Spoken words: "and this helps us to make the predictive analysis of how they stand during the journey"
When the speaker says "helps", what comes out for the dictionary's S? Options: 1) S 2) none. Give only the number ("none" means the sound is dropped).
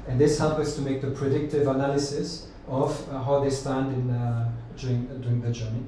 2